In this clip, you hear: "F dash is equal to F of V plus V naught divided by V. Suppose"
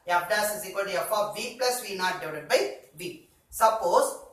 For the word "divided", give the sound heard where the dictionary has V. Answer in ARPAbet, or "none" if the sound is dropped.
none